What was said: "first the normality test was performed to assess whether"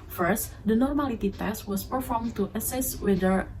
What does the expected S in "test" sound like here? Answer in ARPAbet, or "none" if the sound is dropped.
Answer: S